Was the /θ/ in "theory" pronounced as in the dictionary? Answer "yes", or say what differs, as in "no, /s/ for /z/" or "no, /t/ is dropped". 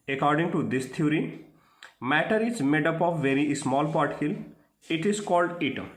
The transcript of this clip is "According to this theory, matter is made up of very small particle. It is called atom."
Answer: no, /t/ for /θ/